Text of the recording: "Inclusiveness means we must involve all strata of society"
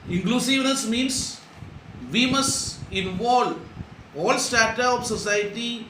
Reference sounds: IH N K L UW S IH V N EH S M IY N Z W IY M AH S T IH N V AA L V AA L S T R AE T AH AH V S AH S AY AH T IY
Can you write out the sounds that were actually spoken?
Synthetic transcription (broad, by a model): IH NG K L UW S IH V N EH S M IY N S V IY M AH S T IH N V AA L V AA L S T AE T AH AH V S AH S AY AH T IY